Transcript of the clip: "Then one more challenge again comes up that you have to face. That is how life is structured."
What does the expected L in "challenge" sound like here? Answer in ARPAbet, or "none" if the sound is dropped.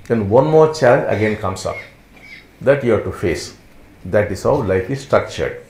none